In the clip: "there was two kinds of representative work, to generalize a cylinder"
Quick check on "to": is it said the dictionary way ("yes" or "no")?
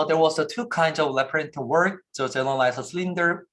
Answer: no